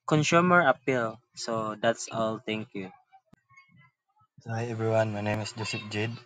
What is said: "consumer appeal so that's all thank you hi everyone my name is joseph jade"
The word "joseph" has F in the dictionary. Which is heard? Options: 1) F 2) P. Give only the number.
2